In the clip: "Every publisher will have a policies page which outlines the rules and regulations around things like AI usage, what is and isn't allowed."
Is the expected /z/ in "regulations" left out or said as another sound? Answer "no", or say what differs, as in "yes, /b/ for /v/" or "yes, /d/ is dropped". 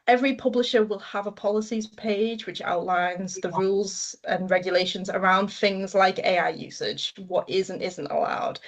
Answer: no